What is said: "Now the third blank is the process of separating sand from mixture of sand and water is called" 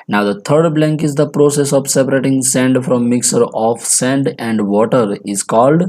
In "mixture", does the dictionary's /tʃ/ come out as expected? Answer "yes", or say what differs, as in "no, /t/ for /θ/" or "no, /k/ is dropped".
no, /tʃ/ is dropped